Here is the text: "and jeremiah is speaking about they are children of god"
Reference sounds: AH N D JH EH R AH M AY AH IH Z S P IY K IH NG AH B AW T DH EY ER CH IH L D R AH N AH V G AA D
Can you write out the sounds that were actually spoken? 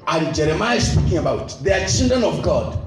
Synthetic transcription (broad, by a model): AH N JH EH R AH M AY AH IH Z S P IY K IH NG AH B AW T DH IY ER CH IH N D AH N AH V G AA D